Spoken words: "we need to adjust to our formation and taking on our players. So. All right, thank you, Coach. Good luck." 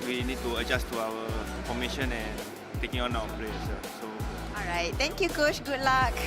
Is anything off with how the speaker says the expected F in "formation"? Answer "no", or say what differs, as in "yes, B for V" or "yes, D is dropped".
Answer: yes, P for F